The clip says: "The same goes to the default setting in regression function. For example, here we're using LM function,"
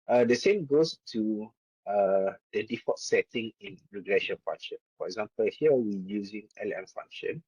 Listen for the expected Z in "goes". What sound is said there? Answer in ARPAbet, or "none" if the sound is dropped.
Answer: S